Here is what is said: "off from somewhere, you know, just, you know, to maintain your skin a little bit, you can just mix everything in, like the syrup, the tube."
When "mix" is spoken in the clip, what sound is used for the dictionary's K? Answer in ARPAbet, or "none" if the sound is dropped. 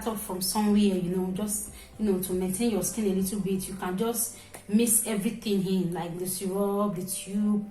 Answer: none